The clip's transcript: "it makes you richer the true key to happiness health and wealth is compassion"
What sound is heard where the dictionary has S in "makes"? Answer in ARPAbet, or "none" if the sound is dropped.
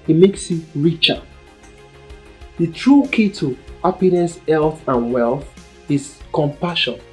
S